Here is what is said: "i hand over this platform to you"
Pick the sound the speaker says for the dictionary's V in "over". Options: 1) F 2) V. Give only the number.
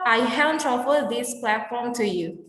1